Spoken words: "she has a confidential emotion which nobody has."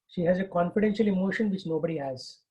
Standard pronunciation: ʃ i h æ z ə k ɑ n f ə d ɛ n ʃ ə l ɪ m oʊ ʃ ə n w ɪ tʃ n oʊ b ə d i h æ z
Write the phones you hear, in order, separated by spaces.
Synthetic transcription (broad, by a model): ʃ i h æ z ə k ɑ n f ə d ɛ n ʃ ə l ɪ m oʊ ʃ ə n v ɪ tʃ n oʊ b ə d i h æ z